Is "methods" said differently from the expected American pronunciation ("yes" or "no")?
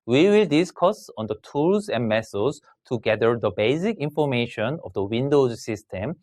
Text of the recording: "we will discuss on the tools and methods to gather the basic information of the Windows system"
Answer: yes